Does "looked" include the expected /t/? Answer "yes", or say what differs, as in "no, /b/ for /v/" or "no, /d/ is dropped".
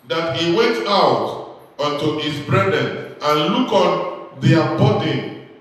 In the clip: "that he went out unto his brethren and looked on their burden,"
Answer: no, /t/ is dropped